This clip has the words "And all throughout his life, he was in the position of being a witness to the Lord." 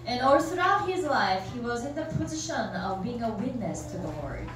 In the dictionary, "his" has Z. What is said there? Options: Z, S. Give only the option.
Z